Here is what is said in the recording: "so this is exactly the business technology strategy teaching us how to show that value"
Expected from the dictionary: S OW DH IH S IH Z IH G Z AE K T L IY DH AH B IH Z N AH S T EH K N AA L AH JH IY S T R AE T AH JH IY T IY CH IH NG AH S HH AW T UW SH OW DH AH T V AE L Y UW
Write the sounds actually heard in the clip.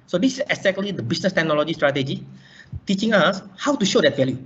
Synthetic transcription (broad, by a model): S OW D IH S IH S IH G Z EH K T L IY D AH B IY S N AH S T EH K N AA L AH JH IY S T R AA T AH JH IY T IY CH IH NG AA S HH AW T UW SH OW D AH T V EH L Y UW